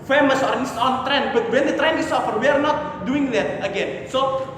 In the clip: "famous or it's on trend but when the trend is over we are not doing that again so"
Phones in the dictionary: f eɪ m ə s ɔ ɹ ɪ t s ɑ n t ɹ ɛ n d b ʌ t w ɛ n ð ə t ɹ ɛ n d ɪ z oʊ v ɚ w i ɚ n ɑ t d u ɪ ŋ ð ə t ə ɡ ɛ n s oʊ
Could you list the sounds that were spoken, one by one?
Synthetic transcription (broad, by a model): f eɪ m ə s ɔ ɹ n s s ɑ n t ɹ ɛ n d b ʌ t w ɛ n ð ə t ɹ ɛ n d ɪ s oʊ f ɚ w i ɚ n ɑ t d u ɪ ŋ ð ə t ə ɡ ɛ n s oʊ